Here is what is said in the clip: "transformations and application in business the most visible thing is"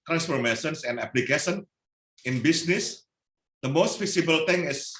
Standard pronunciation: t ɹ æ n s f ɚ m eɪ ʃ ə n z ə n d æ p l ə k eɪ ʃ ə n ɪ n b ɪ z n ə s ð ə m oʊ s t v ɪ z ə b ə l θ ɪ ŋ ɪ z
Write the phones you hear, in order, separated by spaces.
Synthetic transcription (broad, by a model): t ɹ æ n s f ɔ m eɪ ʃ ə n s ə n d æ p l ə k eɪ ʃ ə n ɪ n b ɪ s n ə s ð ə m oʊ s t f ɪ s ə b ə l t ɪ ŋ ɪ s